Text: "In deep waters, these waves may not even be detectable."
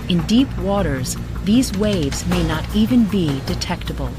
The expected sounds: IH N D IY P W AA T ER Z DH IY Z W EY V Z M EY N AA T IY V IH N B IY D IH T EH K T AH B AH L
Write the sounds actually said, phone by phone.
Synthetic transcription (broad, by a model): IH N D IY P W AA T ER Z DH IY Z W EY V Z M EY N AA T IY V IH N B IY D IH T EH K T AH B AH L